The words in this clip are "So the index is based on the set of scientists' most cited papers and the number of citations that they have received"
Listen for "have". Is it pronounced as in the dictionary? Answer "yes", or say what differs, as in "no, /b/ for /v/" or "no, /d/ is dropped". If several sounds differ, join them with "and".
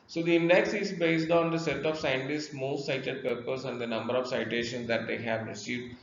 yes